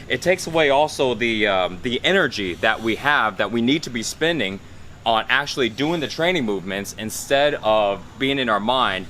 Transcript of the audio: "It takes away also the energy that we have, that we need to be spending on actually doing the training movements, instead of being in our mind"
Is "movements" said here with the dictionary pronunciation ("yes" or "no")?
yes